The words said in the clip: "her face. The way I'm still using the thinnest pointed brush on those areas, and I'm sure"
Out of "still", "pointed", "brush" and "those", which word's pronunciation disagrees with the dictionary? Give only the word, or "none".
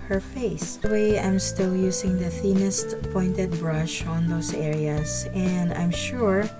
those